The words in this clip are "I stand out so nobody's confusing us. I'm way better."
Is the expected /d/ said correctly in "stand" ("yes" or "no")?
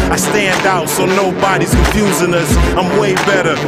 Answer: yes